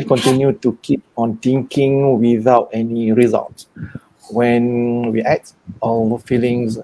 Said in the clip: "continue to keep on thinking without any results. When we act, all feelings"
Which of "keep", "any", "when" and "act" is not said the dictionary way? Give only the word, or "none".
act